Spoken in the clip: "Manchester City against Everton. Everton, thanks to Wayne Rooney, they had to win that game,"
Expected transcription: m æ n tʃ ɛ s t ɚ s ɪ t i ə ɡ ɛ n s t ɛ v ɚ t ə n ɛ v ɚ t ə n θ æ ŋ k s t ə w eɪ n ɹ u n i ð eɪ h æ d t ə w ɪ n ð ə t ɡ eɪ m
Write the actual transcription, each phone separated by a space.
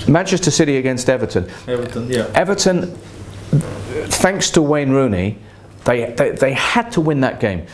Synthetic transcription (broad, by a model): m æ n tʃ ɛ s t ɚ s ɪ t i ə ɡ ɛ n s t ɛ v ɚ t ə n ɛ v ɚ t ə n θ æ ŋ k s t ə w eɪ n ɹ u n i ð eɪ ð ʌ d t ə w ɪ n ð ə t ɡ eɪ m